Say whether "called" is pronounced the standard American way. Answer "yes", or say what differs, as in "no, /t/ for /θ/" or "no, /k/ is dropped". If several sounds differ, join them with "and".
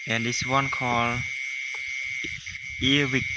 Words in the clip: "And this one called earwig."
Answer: no, /d/ is dropped